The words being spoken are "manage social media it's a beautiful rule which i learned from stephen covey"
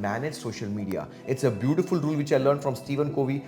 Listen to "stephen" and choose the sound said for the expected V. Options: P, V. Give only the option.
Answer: V